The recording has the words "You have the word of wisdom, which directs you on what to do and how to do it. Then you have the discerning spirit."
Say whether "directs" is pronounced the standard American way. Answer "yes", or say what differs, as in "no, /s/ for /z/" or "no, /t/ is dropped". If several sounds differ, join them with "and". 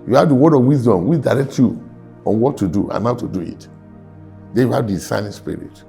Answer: no, /s/ is dropped